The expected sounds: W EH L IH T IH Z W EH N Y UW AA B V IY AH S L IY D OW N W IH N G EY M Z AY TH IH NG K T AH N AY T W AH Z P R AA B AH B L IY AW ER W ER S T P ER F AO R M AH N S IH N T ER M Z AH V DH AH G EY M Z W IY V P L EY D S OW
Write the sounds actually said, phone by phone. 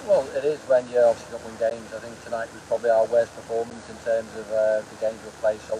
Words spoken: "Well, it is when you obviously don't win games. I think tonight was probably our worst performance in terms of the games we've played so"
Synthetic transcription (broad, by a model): W EH L IH T IH Z W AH N Y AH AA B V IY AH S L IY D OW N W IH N G EY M Z AY TH IH NG K T AH N AY T W AH Z P R AA B AH B L IY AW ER W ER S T P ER F AO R M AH N S IH N T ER M Z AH V DH AH G EY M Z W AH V P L EY S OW